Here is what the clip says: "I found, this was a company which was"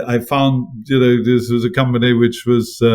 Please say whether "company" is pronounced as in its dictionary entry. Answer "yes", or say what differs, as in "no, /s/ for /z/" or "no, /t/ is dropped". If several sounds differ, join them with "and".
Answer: yes